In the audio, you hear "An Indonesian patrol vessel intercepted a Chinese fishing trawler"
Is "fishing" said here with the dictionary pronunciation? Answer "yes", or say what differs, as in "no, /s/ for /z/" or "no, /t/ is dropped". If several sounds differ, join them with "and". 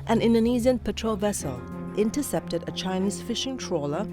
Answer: yes